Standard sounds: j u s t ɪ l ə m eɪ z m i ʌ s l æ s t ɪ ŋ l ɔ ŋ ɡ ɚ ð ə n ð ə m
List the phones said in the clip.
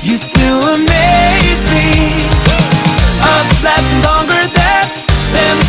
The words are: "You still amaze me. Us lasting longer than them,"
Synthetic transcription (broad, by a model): j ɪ s t ɪ l ə m eɪ z m i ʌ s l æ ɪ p l ɔ ŋ ɡ ɚ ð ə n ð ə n